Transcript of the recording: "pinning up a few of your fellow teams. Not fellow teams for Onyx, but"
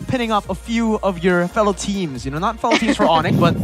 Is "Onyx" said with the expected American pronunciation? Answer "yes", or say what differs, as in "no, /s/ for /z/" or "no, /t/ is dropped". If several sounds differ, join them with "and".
no, /s/ is dropped